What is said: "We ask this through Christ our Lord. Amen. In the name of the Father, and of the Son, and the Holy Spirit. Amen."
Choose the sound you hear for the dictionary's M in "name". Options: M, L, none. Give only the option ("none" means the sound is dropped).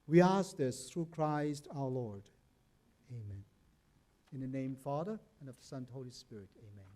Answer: none